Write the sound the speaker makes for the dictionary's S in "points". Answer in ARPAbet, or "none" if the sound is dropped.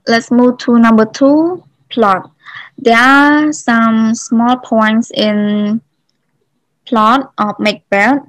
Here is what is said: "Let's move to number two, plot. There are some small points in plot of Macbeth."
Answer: S